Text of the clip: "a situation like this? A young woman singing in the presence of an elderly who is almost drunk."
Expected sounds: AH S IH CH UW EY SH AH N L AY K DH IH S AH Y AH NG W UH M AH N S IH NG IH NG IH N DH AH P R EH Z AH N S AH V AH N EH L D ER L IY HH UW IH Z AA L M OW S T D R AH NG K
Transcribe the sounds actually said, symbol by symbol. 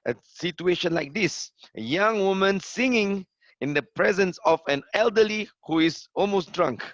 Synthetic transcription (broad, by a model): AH S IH CH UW EY SH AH N L AY K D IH S AH Y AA NG W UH M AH N S IH NG IH NG IH N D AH P R EH Z AH N S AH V AH N EH L D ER L IY HH UW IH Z AA L M OW S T D R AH NG K